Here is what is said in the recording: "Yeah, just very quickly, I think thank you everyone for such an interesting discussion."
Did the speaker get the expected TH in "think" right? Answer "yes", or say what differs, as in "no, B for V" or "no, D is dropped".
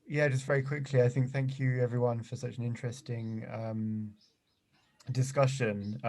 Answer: yes